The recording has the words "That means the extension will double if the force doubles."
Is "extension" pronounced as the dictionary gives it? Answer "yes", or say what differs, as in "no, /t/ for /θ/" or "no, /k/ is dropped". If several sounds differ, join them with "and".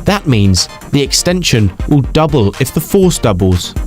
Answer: yes